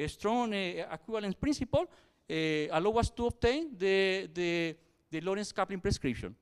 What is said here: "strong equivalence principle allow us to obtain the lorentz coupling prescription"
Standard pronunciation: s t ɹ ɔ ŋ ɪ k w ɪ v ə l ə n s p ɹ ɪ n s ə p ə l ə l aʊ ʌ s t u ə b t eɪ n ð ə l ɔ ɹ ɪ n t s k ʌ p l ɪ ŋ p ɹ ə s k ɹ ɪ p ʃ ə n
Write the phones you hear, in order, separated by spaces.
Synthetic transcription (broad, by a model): s t ɹ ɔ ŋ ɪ k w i b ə l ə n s p ɹ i n s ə p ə l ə l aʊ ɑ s t u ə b t eɪ n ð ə l ɔ ɹ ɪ n s k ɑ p l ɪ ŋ p ɹ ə s k ɹ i p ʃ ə n